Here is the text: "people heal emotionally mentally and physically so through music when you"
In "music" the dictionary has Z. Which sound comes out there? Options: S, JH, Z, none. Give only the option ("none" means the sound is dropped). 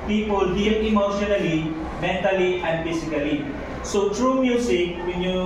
S